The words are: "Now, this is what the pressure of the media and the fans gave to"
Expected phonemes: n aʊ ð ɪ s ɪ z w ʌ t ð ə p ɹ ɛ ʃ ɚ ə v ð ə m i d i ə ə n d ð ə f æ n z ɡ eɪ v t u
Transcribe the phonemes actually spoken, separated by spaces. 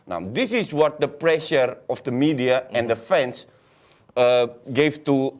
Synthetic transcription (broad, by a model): n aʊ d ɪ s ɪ s w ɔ t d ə p ɹ ɛ ʃ ɚ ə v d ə m i d i ə ə n d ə f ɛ n s ɡ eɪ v t u